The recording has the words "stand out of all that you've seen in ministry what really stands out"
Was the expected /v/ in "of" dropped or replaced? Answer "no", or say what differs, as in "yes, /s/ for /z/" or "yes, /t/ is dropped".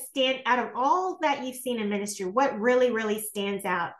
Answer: no